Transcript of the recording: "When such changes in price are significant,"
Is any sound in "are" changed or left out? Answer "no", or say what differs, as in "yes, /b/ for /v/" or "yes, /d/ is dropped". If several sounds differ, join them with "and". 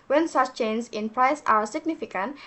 yes, /w/ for /ɹ/